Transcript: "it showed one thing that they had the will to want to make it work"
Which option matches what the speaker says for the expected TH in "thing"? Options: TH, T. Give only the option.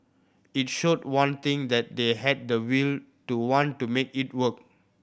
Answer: T